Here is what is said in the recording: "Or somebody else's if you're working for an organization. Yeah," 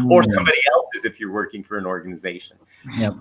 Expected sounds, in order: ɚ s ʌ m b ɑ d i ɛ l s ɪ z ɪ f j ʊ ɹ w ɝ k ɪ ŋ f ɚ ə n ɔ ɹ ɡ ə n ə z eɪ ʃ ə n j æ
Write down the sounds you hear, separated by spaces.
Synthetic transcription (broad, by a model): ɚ s ʌ m b ɑ d i ɛ l s ɪ z ɪ f j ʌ ɹ w ɝ k ɪ ŋ f ɚ ə n ɔ ɹ ɡ ə n ə z eɪ ʃ ə n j